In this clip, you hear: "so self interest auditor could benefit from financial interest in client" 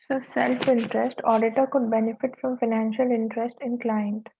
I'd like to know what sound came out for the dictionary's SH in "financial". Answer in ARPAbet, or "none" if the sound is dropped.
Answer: SH